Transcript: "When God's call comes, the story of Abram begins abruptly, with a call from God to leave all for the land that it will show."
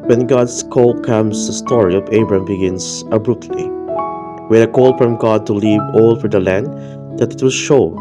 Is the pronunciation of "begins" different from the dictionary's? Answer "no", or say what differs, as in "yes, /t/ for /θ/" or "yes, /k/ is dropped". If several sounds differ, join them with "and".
yes, /s/ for /z/